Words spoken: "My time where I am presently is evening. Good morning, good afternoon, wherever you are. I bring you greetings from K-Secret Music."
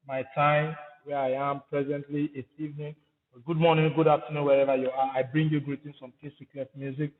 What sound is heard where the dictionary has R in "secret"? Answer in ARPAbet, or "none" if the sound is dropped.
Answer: L